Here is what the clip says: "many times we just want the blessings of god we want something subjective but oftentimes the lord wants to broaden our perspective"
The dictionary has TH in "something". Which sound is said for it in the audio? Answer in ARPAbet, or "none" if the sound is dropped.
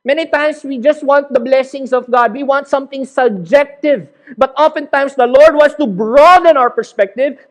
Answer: T